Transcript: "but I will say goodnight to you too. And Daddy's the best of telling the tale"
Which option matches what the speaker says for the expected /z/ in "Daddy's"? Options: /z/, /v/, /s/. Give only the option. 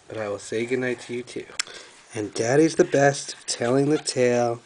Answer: /z/